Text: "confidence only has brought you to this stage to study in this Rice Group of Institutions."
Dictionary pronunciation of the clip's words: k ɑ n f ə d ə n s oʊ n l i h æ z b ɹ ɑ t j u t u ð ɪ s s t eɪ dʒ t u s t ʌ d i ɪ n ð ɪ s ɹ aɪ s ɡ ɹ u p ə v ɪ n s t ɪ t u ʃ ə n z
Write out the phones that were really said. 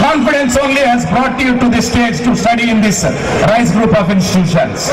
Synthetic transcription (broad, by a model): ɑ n f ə d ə n s oʊ n l i h æ z b ɹ ɑ t j u t u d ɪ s s t eɪ dʒ t u s t ʌ d i ɪ n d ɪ s ɹ aɪ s ɡ ɹ u p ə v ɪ n s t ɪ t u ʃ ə n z